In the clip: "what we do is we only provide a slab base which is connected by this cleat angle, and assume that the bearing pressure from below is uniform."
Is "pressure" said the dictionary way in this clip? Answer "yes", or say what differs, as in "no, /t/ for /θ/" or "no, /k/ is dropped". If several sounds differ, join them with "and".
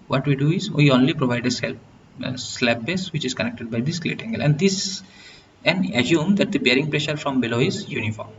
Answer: yes